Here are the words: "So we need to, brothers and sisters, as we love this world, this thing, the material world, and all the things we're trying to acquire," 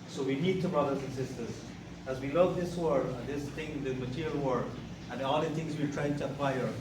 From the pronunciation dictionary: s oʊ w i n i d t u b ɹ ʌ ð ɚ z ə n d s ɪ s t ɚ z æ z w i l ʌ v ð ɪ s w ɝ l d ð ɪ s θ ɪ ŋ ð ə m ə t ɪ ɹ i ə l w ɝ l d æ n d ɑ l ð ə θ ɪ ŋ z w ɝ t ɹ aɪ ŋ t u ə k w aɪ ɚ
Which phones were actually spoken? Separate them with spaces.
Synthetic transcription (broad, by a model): s oʊ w i n i d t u b ɹ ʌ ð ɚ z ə n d s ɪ s t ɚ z æ z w i l ʌ v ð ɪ s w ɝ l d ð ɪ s t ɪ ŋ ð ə m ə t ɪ ɹ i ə l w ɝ d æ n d ɑ l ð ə t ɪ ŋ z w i t ɹ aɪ t u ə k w aɪ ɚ